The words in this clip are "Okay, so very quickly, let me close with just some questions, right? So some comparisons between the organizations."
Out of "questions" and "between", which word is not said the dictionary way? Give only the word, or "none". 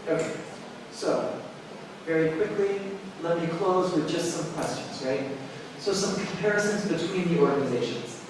none